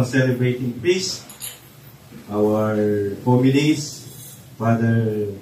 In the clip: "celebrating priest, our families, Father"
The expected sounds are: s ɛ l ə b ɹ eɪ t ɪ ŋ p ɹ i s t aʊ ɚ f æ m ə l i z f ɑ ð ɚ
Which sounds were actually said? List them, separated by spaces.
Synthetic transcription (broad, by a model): s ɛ l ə b ɹ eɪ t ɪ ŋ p i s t aʊ ɚ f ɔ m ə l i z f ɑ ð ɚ